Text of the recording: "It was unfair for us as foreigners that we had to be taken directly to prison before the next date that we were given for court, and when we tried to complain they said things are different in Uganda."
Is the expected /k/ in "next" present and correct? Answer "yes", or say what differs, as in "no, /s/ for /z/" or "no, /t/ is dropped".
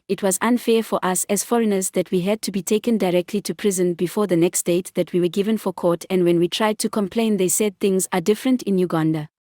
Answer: yes